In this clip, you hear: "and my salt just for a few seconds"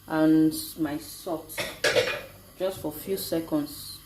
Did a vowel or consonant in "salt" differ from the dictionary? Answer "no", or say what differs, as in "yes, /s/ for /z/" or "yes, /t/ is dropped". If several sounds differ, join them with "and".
yes, /l/ is dropped